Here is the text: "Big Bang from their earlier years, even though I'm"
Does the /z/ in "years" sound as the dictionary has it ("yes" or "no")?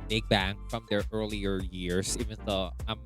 no